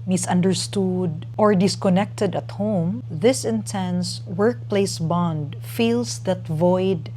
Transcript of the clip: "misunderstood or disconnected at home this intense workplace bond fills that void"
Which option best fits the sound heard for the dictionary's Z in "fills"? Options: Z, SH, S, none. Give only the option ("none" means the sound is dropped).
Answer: S